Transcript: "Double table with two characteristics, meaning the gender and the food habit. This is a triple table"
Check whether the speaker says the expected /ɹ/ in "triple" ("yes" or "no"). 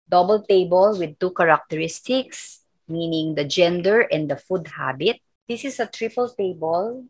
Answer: yes